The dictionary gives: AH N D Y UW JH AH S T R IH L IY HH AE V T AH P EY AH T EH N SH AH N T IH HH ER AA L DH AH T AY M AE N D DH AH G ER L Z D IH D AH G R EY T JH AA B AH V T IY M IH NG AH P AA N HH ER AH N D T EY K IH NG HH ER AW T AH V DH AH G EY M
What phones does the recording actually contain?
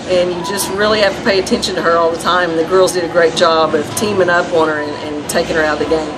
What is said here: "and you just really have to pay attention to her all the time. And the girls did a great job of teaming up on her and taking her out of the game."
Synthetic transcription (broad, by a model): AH N Y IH JH AH S T R IH L IY HH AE F T AH P EY AH T EH N SH AH N T IH ER AA L DH AH T AY M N DH AH G ER L Z D IH D AH G R EY T JH AA B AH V T IY M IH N AH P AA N ER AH N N T EY K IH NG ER AW T DH AH G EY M